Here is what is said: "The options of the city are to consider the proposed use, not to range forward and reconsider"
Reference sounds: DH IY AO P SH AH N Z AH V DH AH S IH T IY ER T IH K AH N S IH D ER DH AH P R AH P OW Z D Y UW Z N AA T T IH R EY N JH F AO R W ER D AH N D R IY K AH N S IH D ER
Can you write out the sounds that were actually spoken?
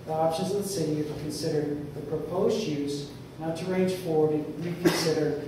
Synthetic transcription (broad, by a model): DH IY AO P SH AH N Z AH V DH AH S IH T IY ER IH K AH N S IH D ER DH AH P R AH P OW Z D Y UW Z N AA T T IH R EY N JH F AO R W ER D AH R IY K N S IH D ER